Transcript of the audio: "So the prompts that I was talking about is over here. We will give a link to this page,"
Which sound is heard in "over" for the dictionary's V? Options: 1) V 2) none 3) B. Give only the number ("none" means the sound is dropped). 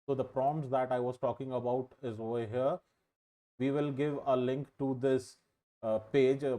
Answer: 2